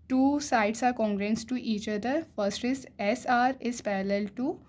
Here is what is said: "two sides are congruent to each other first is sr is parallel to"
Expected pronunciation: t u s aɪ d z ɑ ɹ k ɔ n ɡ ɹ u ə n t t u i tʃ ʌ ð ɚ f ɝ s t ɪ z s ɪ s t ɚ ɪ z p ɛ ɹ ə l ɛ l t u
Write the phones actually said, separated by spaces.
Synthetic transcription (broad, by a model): t u s aɪ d s ɑ ɹ k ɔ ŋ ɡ ɹ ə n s t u i tʃ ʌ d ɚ f ɝ s t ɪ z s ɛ s t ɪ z p ɛ ɹ ə l ɛ l t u